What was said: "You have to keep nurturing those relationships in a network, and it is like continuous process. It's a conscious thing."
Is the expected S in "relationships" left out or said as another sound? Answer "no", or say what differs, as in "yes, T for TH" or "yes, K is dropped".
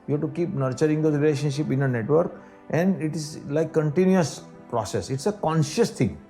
yes, S is dropped